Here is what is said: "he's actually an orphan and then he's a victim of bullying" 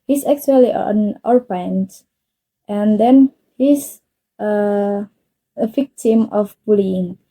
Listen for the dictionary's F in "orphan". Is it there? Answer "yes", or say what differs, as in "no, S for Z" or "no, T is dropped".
no, P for F